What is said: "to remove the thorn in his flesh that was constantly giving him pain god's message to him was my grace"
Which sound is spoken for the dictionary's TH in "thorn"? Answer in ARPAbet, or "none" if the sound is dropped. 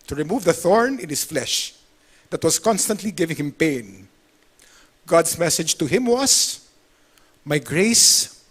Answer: TH